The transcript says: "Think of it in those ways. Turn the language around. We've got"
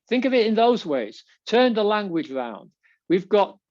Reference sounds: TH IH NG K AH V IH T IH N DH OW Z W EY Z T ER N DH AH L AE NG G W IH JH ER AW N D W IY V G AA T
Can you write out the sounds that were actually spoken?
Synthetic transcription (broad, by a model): TH IH NG K AH V IH T IH N DH OW Z W EY Z T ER N DH AH L AE NG G W IH JH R AW N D W IY V G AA T